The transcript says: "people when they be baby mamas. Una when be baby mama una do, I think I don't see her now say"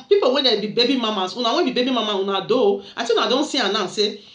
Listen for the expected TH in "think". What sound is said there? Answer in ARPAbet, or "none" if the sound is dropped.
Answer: S